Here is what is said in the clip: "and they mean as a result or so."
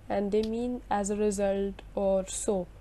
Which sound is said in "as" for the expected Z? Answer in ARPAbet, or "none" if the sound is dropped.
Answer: Z